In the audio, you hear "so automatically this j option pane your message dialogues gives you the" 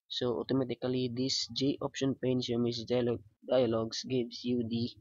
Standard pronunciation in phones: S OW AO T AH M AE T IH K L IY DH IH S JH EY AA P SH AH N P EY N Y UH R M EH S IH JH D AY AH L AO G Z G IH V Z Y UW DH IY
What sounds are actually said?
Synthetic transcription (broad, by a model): S OW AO T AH M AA T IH K L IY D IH S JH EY AA P SH AH N P EY N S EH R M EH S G D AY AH L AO G S G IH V S Y UW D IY